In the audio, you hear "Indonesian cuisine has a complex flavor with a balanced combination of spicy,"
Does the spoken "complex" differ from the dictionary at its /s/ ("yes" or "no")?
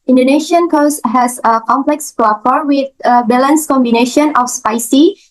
no